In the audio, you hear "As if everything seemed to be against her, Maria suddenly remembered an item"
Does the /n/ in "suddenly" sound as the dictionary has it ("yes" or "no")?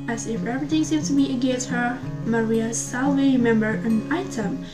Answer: no